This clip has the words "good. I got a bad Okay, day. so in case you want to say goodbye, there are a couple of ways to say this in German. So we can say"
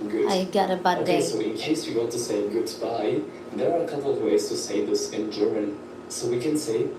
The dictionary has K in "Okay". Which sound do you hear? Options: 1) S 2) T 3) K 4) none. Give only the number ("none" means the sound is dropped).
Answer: 4